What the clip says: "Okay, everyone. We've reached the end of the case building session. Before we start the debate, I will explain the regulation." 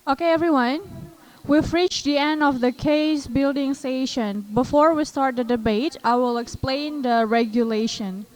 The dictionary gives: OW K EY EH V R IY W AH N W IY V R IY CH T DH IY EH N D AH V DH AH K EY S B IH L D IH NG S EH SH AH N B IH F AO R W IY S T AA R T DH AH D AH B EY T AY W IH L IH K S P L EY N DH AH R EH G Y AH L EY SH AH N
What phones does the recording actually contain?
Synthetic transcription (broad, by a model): OW K EY EH V R IY W AH N W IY F R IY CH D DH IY EH N D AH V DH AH K EY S B IH L D IH NG S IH SH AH N B IH F AO R W IY S T AA R T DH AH D AH B EY T AY W IH L IH K S P L EY N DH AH R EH G Y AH L EY SH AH N